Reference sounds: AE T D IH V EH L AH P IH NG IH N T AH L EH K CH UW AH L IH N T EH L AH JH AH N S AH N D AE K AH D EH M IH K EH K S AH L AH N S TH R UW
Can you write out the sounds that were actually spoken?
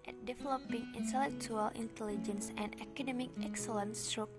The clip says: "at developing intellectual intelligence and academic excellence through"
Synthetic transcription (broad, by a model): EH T D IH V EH L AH P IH NG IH N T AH L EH K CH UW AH L IH N T EH L AH JH AH N S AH N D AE K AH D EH M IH K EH K S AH L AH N S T R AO